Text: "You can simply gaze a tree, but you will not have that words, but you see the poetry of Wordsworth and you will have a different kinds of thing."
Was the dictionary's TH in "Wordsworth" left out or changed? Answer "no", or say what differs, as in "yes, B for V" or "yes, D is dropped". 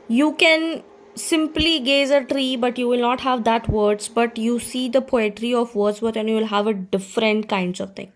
yes, T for TH